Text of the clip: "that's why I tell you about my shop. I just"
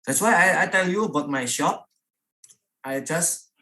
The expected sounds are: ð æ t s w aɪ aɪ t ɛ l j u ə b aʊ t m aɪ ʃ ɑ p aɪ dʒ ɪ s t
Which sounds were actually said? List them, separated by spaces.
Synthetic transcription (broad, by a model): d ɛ t s w aɪ aɪ t ɛ l j u ə b aʊ t m aɪ ʃ ɑ p aɪ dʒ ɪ s